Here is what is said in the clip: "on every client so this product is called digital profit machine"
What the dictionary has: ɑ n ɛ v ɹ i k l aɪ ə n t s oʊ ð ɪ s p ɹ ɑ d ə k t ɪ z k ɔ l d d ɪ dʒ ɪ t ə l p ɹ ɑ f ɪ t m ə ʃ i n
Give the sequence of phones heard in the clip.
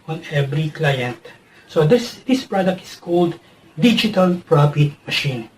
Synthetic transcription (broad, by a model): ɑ n ɛ v ɹ i k l aɪ ə n t s oʊ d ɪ s p ɹ ɑ d ə k t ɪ s k ɔ l d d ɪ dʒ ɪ t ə l p ɹ ɑ f ɪ t m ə ʃ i n